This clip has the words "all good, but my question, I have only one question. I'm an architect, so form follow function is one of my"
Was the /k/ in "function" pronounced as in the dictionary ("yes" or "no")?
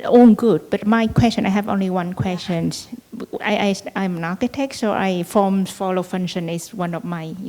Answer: no